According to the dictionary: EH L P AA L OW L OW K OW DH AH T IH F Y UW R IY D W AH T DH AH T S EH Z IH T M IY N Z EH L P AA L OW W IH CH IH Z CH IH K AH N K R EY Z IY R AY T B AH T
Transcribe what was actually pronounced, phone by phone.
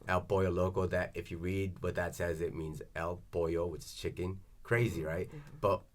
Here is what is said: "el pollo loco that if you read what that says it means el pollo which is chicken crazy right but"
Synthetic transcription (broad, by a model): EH L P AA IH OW L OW K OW DH AH T IH F Y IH R IY D W AH T DH AH T S EH Z IH T M IY N Z EH L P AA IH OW W IH CH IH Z CH IH K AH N K R EY Z IY R AY T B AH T